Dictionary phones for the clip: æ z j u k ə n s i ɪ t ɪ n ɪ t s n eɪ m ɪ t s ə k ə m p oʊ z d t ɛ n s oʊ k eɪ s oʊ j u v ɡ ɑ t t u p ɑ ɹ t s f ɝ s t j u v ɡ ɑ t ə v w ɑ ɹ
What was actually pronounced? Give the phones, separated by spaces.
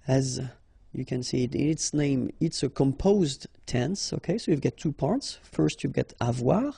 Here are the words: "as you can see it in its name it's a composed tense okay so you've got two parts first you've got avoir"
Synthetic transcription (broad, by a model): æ z j u k ə n s i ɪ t ɪ n ɪ t s n eɪ m ɪ t s ə k ə m p oʊ z d t ɛ n s oʊ k eɪ s oʊ j u v ɡ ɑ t t u p ɑ ɹ t s f ɝ s t j u v ɡ ɑ t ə v w ɑ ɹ